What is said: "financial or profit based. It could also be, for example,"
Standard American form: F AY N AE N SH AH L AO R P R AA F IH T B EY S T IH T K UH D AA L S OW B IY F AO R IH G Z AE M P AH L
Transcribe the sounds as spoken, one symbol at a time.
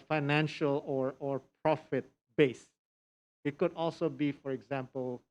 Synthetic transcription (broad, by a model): F AY N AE N SH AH L AO R P R AA F IH T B EY S IH T K UH D AA L S OW B IY F AO R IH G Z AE M P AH L